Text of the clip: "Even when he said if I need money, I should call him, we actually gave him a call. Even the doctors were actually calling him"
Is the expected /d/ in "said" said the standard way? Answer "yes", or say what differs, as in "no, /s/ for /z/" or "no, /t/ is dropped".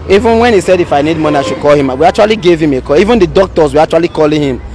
yes